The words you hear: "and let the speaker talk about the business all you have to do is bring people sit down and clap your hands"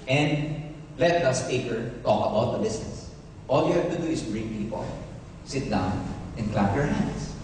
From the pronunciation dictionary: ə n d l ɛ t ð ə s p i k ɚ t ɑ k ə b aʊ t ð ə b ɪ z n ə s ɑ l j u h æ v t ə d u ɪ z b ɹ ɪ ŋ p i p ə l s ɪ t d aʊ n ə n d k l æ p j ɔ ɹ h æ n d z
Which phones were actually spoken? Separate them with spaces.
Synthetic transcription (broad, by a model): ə n d l ɛ t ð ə s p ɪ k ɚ t ɑ k ə b aʊ t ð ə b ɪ s n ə s ɑ l j u h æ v t ə d u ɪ s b ɹ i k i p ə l s ɪ t d aʊ n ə n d k l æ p j ɔ ɹ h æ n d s